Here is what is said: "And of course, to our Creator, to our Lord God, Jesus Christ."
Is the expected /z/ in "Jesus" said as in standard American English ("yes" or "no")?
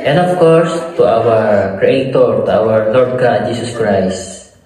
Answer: no